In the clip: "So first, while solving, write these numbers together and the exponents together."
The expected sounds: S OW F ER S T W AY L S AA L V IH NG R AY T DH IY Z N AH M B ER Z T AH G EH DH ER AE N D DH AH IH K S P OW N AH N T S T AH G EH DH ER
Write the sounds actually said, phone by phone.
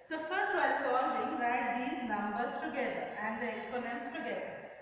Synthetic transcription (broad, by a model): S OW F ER T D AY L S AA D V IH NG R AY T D IY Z N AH M B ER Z T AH G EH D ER AE N D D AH K S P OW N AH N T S T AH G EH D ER